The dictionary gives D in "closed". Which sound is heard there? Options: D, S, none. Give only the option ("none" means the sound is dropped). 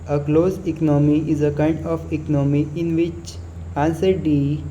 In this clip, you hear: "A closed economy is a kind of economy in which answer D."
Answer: none